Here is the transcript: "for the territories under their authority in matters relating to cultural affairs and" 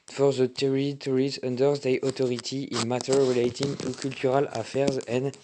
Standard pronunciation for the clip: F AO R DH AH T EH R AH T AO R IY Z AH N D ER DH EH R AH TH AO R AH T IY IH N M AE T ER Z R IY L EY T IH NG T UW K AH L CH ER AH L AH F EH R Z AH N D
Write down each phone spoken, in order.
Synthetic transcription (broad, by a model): F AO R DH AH T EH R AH T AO R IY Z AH N D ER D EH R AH T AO R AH T IY IH N M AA T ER R IY L EY T IH NG T UW K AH L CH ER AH L AH F EH R Z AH N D